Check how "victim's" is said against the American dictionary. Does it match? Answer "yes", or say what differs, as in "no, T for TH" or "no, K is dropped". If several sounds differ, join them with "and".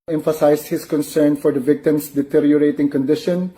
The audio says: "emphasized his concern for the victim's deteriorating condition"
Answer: no, S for Z